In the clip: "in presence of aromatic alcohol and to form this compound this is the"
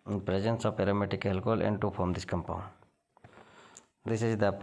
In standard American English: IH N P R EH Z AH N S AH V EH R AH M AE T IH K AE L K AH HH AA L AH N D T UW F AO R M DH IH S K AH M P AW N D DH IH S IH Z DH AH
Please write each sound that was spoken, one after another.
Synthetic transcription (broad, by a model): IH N P R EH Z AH N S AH P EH R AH M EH T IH K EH L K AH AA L AH N D T UW P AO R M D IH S K AH M P AW N D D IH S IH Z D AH